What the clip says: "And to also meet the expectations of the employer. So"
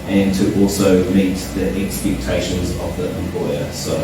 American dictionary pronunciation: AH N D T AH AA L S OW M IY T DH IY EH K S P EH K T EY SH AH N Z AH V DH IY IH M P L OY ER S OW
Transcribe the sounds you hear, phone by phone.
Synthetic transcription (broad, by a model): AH N T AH AA L S OW M IY T DH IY EH K S P EH K T EY SH AH N Z AH V DH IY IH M P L OY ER S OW